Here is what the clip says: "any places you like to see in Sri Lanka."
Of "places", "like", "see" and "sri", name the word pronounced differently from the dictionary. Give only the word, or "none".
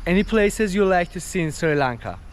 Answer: none